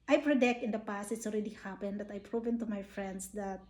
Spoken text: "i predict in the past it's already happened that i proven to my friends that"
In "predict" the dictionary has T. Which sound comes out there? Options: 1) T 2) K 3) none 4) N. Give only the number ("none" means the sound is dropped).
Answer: 1